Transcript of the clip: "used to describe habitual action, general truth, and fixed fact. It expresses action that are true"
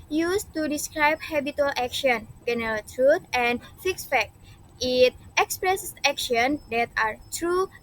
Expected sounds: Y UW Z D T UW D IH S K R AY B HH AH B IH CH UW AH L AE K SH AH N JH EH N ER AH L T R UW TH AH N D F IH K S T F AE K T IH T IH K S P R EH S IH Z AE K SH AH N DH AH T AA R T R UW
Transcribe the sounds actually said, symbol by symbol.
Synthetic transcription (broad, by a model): Y UW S T UW D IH S K R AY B HH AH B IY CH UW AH L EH K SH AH N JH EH N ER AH L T R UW T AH N F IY K S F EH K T IH T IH K S P R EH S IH K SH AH N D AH T AA R T R UW